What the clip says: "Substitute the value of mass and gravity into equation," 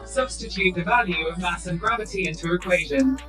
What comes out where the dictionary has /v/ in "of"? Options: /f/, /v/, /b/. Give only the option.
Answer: /v/